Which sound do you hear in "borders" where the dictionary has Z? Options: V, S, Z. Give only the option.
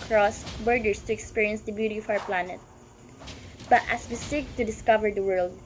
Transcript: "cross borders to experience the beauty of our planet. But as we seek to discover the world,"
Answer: S